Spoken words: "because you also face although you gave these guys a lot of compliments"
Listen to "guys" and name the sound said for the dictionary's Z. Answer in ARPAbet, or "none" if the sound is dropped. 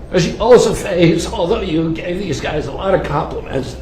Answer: Z